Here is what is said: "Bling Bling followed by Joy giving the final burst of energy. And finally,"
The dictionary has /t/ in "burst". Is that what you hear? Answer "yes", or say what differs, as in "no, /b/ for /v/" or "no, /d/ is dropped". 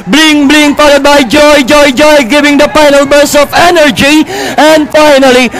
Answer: no, /t/ is dropped